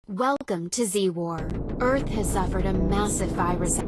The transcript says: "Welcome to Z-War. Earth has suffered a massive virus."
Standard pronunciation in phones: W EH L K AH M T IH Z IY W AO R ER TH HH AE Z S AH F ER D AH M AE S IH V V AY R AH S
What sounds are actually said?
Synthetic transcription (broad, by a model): W EH L K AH M T IH Z IY W AO R ER TH HH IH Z S AH F ER D AH M AE S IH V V AY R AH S